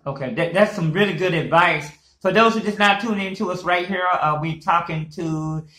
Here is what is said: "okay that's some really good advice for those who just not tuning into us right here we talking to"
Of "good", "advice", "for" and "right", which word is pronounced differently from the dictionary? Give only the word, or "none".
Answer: none